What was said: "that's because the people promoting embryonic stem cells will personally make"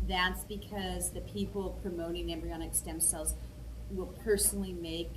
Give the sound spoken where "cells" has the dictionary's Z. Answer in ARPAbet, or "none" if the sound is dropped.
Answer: Z